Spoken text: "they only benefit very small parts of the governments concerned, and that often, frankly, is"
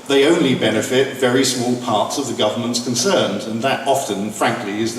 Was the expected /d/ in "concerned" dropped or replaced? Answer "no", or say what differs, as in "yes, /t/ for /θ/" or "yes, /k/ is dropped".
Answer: no